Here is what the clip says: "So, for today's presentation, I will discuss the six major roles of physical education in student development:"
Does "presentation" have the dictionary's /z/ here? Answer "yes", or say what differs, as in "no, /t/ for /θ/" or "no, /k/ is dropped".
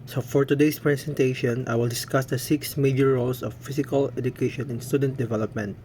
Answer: no, /s/ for /z/